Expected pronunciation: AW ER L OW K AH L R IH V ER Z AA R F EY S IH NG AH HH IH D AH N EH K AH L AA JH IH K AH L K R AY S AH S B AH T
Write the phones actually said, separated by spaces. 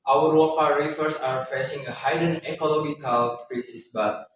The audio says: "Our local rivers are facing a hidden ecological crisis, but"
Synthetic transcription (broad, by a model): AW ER W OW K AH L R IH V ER S AA R F EY S IH NG AH HH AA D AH N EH K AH L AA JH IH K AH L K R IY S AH S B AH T